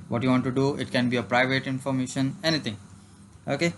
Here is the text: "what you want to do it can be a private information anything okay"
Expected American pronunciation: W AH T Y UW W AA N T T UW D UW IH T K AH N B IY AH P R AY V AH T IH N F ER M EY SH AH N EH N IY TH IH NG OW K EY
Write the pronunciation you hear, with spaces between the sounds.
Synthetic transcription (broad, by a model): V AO T Y UW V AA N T T UW D UW IH T K AH N B IY AH P R AY V AH T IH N F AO M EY SH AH N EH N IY T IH NG OW K EY